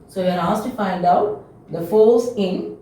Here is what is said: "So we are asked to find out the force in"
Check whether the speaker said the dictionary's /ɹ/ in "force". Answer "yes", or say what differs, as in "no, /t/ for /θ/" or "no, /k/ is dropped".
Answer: no, /l/ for /ɹ/